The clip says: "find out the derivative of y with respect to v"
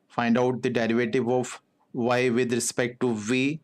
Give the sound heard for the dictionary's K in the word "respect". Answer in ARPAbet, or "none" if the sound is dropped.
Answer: K